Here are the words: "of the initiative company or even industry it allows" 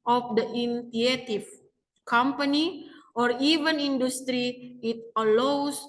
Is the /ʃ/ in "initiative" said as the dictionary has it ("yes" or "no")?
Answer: no